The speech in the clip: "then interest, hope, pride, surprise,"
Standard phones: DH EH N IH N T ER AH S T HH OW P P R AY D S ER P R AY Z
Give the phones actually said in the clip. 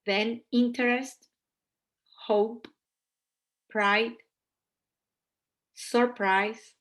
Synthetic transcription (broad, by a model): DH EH N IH N T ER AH S T HH OW P P R AY D S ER P R AY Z